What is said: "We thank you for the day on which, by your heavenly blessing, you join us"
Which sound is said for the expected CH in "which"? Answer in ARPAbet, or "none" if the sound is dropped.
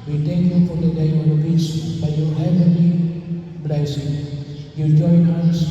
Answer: S